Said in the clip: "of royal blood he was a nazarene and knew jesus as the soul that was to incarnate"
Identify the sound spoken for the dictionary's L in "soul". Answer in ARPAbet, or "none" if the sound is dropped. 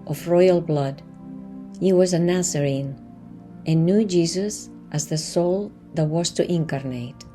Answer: L